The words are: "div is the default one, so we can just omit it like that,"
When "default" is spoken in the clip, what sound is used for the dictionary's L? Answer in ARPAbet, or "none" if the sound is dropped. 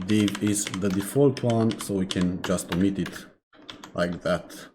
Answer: L